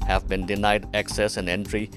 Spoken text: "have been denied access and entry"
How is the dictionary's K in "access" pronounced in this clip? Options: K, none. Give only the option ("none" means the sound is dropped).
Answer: K